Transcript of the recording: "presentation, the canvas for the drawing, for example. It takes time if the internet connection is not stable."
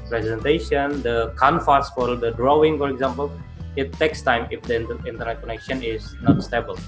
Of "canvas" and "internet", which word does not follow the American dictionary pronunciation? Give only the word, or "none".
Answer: canvas